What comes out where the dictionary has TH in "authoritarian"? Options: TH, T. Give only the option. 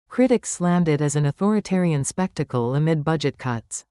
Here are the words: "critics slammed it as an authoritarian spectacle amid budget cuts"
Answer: TH